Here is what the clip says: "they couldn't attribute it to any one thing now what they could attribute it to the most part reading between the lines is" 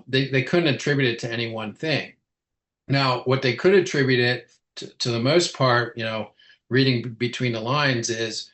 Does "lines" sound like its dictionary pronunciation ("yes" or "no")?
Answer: yes